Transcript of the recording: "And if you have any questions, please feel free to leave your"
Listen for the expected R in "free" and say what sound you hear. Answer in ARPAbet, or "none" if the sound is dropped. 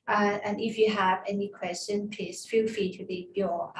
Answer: none